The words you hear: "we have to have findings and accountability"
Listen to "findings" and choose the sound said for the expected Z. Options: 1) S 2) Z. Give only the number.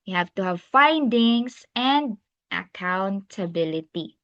1